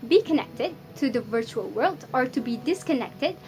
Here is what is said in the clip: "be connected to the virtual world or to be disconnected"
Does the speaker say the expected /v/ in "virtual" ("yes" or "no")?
yes